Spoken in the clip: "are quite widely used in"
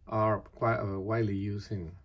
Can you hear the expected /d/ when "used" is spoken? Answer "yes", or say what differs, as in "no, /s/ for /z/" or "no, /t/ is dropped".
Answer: no, /d/ is dropped